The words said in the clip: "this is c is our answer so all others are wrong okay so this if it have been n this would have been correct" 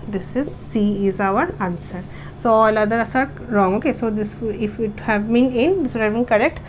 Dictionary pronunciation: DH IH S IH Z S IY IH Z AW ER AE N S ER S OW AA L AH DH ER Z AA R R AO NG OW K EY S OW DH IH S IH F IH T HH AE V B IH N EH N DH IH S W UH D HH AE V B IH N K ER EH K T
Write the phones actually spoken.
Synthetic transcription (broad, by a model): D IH S IH Z S IY IH Z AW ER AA N S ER S OW AA L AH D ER S AA R R AO NG OW K EY S OW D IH S IH F IH T HH AE V B IH N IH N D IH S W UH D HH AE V B IH N K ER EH K T